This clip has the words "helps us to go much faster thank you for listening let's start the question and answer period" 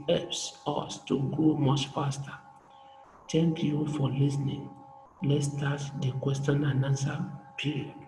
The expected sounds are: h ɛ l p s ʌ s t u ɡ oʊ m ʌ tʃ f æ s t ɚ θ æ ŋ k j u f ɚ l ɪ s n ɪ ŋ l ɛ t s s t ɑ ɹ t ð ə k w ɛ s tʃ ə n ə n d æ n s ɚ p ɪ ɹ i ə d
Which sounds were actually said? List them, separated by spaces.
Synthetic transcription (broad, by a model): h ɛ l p s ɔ s t u ɡ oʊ m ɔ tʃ f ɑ s t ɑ t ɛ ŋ k j u f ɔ l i s n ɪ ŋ l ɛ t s s t ɑ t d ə k w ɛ s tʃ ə n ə n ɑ n s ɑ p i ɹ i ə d